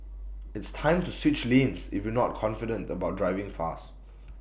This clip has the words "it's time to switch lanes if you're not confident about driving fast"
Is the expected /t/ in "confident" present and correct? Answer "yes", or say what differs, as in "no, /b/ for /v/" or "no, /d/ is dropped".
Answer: yes